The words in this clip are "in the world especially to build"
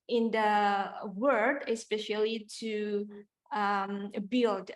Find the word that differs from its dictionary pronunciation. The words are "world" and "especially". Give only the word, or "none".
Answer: world